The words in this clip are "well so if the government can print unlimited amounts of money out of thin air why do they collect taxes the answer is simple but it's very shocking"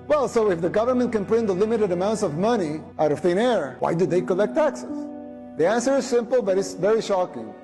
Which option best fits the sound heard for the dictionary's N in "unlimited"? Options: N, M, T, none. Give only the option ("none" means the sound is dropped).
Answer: none